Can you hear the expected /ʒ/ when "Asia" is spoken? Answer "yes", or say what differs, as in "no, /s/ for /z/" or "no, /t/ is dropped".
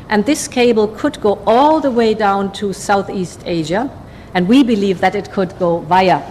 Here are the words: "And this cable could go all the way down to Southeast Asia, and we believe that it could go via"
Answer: yes